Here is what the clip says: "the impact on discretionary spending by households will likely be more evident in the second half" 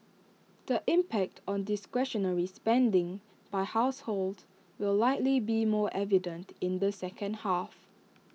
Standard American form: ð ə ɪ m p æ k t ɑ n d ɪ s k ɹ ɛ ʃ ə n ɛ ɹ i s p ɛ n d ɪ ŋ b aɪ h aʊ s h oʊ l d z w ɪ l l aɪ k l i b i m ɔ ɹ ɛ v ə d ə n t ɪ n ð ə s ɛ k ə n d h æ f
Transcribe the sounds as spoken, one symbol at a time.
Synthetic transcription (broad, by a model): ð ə ɪ m p æ k t ɑ n d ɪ s k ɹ ɛ ʃ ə n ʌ ɹ i s p ɛ n d ɪ ŋ b aɪ h aʊ s h oʊ l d w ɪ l l aɪ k l i b i m ɔ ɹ ɛ v ə d ə n t ɪ n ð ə s ɛ k ə n d h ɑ f